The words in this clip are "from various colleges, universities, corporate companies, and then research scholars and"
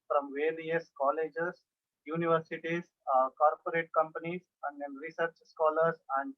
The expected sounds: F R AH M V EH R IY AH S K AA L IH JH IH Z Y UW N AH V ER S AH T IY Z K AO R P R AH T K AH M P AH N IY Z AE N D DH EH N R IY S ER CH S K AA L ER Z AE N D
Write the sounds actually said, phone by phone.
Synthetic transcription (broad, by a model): F R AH M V EH L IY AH S K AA L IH JH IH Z Y UW N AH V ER S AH T IY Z K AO R P R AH T K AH M P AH N IY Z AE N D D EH N R IY S ER CH S K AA L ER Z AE N D